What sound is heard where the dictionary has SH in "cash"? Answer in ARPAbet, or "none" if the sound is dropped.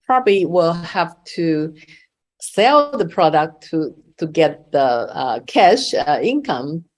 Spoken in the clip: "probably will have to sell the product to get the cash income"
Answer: SH